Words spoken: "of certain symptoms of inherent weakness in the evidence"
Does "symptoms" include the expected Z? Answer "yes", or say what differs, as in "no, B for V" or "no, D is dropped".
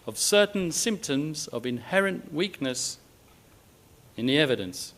yes